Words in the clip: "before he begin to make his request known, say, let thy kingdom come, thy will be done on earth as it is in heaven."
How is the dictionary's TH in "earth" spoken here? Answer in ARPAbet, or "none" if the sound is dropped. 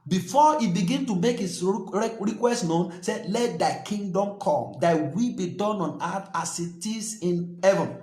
T